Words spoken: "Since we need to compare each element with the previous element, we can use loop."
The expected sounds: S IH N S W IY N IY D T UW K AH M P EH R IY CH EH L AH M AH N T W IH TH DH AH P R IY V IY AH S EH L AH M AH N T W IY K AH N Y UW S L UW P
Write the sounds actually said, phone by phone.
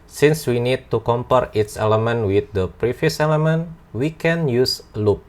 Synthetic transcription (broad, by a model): S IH N S W IY N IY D T UW K AH M P EH R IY S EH L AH M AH N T W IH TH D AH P R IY F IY S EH L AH M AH N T W IY K AH N Y UW S L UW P